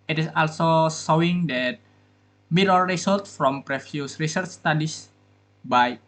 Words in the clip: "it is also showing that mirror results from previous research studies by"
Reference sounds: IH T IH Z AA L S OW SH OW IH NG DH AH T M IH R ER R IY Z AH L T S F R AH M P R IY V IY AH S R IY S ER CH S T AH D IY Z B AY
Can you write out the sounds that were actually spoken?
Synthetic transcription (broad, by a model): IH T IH S AA L S OW S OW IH NG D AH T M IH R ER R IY S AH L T F R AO M P R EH F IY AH S R IY S ER CH S T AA D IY S B AY